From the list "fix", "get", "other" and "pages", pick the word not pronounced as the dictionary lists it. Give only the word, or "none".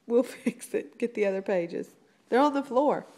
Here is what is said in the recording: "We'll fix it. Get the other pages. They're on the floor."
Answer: none